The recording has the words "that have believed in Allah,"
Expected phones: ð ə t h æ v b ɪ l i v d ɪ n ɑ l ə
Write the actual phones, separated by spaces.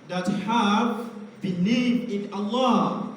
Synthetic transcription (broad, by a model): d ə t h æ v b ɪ n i d ɪ n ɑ l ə